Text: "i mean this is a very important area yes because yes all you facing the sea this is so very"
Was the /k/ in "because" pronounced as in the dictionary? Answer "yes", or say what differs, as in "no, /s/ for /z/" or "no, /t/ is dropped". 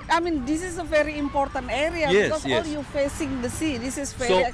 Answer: no, /k/ is dropped